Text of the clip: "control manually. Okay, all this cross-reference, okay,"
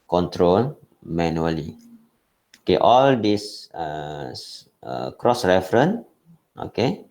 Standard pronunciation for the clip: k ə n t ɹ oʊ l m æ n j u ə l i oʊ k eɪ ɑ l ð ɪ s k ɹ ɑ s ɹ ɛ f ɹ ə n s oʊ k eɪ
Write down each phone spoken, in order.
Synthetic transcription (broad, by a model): k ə n t ɹ oʊ l m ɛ n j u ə l i oʊ k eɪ ɑ l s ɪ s k ɹ ɑ s ɹ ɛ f ɹ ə n oʊ k eɪ